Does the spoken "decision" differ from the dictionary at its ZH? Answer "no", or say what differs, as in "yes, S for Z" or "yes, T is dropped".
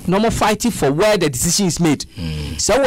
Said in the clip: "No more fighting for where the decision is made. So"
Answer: yes, SH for ZH